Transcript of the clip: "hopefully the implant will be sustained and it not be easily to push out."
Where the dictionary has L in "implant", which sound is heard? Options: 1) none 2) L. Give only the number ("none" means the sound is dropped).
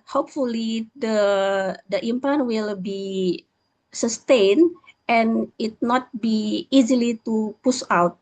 1